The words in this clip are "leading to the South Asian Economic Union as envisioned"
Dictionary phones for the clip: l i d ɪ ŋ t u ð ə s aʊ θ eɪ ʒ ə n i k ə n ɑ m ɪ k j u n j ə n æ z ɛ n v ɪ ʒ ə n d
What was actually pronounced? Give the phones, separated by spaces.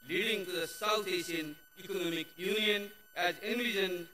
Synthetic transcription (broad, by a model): l i d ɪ ŋ t u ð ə s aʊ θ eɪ s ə n i k ə n ɑ m ɪ k j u n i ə n æ z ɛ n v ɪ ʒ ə n